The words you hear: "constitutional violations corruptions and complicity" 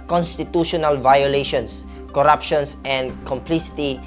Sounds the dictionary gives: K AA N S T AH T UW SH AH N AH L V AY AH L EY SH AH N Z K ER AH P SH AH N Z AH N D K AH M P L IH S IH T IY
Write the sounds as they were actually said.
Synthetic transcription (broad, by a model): K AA N S T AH T UW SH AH N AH L V AY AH L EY SH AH N S K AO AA P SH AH N S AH N K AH M P L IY S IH T IY